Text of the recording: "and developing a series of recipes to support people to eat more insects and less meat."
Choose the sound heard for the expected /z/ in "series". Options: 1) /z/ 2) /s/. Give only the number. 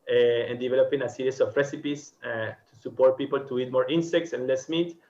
2